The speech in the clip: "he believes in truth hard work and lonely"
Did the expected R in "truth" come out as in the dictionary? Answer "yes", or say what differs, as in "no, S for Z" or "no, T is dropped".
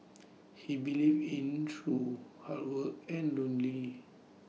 no, R is dropped